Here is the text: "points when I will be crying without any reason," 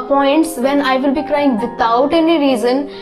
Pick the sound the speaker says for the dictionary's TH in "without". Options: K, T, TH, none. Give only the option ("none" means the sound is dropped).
T